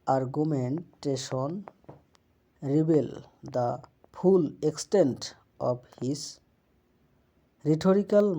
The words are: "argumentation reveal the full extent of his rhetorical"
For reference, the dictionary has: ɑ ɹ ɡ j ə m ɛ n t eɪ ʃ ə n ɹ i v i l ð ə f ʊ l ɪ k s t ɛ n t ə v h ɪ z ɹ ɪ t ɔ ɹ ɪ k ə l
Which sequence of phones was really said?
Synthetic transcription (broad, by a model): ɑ ɹ ɡ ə m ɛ n t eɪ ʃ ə n ɹ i b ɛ l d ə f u l ɪ k s t ɛ n t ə b h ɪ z ɹ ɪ t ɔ ɹ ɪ k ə l